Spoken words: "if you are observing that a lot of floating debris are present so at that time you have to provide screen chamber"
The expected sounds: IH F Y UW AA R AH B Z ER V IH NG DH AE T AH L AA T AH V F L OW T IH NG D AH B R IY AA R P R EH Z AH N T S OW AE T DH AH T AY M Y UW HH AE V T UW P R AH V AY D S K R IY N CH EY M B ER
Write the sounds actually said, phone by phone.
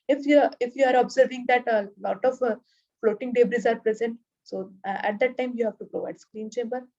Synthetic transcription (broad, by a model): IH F Y UW AA R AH B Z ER V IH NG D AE T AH L AA T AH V F L OW T IH NG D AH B R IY AA R P R EH Z AH N T S OW AE T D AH T AY M Y UW HH AE V T UW P R AH V AY D S K R IY N CH EY M B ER